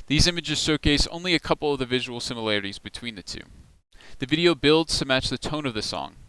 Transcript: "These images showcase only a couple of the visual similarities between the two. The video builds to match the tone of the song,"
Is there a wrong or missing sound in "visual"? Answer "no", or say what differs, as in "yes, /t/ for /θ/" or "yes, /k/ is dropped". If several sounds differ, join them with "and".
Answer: no